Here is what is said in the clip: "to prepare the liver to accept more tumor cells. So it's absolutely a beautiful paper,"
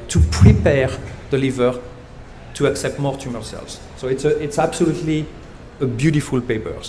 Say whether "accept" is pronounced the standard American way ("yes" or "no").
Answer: yes